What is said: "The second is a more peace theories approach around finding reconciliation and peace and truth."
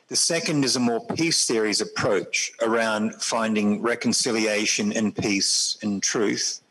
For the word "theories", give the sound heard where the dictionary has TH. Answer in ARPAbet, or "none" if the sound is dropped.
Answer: TH